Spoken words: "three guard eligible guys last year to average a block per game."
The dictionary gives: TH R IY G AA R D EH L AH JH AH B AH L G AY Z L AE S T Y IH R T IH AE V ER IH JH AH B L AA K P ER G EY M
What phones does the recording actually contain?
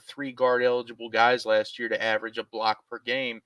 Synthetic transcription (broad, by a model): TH R IY G AA R D EH L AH JH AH B L G AY Z L AE S T Y IH R T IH AE V ER IH JH AH B L AA K P ER G EY M